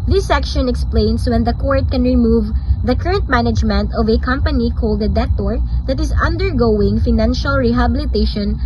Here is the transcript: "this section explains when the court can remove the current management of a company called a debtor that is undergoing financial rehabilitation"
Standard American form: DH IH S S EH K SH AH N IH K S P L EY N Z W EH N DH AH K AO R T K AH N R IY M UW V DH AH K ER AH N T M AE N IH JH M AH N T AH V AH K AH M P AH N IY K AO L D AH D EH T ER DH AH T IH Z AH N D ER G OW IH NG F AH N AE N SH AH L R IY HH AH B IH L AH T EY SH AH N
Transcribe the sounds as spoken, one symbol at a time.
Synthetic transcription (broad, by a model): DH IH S S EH K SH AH N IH K S P L EY N S W EH N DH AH K AO R T K AH N R IY M UW V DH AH K ER AH N T M AE N IH JH M AH N T AH V AH K AH M P AH N IY K AO L D AH D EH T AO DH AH T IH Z AH N D ER G OW IH NG F AH N AE N SH AH L R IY HH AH B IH L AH T EY SH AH N